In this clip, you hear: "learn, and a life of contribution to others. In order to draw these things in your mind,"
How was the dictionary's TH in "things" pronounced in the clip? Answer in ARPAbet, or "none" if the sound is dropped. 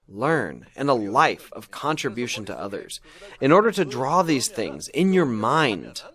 TH